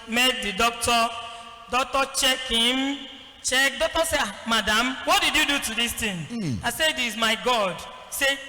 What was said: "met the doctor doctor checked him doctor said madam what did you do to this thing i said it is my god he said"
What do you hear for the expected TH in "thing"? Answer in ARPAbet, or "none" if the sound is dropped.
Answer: T